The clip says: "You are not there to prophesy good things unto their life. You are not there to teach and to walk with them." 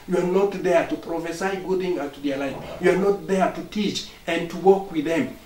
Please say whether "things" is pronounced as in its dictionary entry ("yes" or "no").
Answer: no